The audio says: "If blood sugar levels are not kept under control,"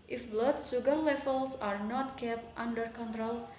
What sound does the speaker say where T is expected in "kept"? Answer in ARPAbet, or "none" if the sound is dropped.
T